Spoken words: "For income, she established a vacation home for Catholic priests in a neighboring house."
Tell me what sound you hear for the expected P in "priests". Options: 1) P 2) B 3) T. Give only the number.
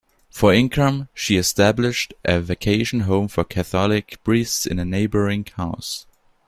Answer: 2